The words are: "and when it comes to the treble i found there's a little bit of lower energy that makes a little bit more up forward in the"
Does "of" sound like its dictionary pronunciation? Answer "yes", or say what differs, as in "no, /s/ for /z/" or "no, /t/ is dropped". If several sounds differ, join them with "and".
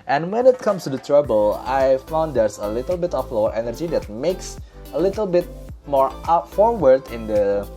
no, /p/ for /v/